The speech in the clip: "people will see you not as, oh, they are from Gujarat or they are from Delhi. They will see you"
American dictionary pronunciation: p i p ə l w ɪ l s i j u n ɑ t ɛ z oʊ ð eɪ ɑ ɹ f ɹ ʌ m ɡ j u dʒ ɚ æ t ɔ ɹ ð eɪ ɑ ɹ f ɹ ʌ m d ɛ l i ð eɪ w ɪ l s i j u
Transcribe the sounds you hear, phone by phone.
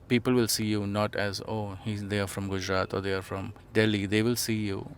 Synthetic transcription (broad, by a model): p i p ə l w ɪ l s i j u n ɑ t ɛ z oʊ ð eɪ ɑ ɹ f ɹ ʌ m ɡ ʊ dʒ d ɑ t ɔ ɹ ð eɪ ɑ ɹ f ɹ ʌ m d ɛ l i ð eɪ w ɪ l s i j u